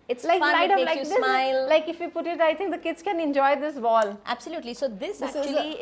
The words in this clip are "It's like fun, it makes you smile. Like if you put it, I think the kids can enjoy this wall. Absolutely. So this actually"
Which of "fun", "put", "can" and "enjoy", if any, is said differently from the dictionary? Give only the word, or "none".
fun